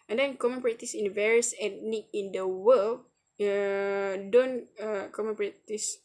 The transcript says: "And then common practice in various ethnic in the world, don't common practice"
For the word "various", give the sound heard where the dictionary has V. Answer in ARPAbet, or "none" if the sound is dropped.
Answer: V